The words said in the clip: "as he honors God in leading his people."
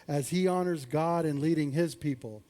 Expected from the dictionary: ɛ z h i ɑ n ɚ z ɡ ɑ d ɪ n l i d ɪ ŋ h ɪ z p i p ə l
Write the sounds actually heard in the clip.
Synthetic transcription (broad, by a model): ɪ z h i ɑ n ɚ z ɡ ɑ d ɪ n l i d ɪ ŋ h ɪ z p i p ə l